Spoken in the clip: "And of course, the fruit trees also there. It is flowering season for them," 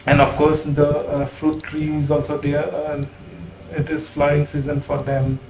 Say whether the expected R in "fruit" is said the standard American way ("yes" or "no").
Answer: yes